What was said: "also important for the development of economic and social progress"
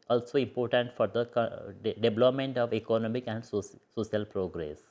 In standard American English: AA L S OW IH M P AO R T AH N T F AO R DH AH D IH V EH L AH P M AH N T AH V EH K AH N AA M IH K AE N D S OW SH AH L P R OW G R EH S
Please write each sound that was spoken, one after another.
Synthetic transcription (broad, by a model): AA L S OW IH M P AO R T AH N T F AO R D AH D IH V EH L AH P M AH N T AH V EH K AH N AA M IH K AE N D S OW S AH L P R OW G R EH S